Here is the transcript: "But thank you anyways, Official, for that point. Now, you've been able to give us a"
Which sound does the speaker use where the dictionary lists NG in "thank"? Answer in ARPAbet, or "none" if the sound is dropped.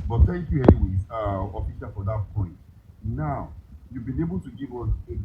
none